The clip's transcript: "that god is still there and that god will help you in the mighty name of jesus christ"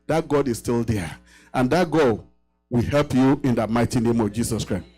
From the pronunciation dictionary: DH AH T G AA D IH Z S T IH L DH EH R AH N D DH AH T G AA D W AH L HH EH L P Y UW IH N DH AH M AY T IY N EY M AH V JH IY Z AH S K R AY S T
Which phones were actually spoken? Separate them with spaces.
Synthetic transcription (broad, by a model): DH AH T G AA D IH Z S T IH L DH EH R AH N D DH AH T G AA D W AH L HH EH L P Y UW IH N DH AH M AY T IY N EY M AH V JH IY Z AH S K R AY S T